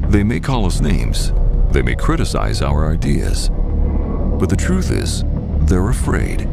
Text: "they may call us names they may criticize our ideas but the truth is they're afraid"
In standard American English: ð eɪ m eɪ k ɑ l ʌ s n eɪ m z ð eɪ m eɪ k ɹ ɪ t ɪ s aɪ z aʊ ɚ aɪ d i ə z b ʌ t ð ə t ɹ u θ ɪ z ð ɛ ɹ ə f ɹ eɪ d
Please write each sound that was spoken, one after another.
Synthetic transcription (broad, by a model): ð eɪ m eɪ k ɑ l ʌ s n eɪ m z ð eɪ m eɪ k ɹ ɪ t ɪ s aɪ z aʊ ɚ aɪ d i ə z b ʌ t ð ə t ɹ u θ ɪ z ð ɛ ɹ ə f ɹ eɪ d